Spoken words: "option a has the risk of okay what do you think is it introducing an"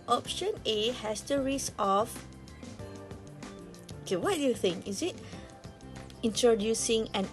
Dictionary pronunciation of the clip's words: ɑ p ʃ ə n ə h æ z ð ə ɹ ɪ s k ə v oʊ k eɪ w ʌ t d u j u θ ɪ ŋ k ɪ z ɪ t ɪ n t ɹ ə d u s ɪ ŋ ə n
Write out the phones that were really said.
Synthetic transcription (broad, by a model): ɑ p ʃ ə n ə h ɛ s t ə ɹ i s ə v oʊ k eɪ w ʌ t d u j u θ ɪ ŋ k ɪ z ɪ t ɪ n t ɹ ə d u s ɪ ŋ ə n